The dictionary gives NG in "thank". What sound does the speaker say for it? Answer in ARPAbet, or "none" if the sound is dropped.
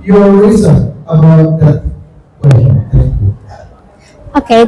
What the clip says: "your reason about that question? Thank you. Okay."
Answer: none